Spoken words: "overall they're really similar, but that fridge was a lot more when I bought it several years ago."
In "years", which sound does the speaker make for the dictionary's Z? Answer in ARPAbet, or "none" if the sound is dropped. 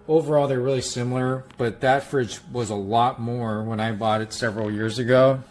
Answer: Z